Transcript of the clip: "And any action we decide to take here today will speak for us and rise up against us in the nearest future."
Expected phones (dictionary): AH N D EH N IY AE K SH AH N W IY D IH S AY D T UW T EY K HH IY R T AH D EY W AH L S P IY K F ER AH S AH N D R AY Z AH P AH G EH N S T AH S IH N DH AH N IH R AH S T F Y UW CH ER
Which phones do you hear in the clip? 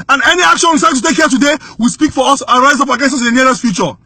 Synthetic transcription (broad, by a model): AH N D EH N IY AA K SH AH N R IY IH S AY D T UW T EY K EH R T AH D EY W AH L S P IY K F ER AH S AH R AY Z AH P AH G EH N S AH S IH N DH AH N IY L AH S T F Y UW CH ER